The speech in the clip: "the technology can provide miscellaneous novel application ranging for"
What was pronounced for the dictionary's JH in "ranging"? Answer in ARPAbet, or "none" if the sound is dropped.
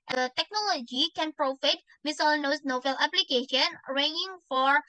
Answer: none